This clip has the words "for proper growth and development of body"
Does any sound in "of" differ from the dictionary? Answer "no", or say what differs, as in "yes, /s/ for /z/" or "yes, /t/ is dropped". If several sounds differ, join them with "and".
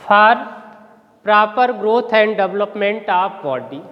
yes, /p/ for /v/